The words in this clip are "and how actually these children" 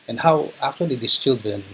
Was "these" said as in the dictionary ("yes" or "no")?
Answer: no